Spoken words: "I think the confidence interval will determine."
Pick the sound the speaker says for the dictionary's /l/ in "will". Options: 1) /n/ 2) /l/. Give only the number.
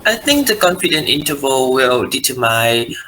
2